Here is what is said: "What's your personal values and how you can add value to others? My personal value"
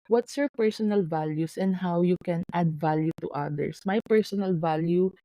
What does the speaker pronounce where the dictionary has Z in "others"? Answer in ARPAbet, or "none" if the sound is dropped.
S